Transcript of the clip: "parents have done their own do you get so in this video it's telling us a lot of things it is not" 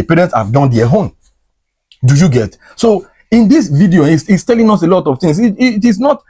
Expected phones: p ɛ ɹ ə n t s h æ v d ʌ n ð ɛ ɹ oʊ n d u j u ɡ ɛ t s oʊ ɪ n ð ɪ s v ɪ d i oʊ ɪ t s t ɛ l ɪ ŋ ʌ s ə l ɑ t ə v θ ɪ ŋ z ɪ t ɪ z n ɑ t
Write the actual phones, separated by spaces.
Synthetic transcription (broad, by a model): p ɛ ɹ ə n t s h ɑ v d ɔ n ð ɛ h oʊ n d u j u ɡ ɛ t s oʊ ɪ n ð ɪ s v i d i oʊ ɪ s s t ɛ l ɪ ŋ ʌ s ə l ɑ t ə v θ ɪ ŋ s ɪ t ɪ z n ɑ t